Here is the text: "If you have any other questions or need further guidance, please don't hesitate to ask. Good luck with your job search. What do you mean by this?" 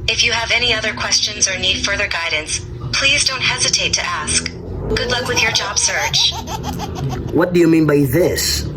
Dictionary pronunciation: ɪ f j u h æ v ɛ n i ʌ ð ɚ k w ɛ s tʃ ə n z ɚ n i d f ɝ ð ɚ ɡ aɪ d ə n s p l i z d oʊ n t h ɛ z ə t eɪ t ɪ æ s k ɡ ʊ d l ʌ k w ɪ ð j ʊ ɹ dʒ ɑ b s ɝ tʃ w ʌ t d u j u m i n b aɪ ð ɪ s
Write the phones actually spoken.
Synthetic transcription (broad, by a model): ɪ f j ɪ v ɛ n i ʌ ð ɚ k w ɛ s tʃ ə n z ɚ n i d f ɝ ð ɚ ɡ aɪ d n s p l i z d oʊ n t h ɛ z ə t eɪ t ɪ æ s k ɡ ʊ d l ʌ k w ɪ ð j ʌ ɹ dʒ ɑ b s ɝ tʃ w ʌ t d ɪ j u m i n b aɪ ð ɪ s